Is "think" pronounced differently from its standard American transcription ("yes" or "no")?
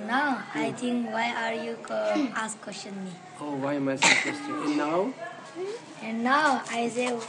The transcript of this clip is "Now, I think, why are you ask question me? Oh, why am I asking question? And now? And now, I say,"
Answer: yes